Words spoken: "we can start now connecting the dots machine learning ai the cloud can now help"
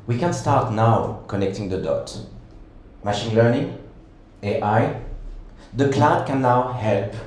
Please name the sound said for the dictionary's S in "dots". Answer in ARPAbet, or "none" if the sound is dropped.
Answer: none